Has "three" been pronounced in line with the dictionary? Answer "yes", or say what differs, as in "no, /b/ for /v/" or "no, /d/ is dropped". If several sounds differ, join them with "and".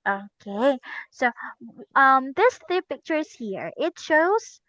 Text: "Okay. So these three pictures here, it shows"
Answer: no, /ɹ/ is dropped